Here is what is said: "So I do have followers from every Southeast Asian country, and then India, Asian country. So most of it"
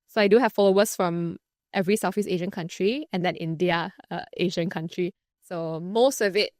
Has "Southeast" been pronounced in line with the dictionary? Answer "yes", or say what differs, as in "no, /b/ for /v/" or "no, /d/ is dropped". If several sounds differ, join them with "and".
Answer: no, /f/ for /θ/